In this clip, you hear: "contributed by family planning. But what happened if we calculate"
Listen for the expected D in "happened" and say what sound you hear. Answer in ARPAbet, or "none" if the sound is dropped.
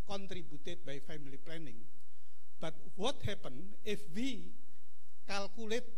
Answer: none